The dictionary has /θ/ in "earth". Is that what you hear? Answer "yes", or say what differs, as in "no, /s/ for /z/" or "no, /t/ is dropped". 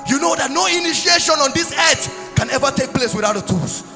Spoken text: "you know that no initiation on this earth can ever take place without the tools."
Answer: no, /t/ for /θ/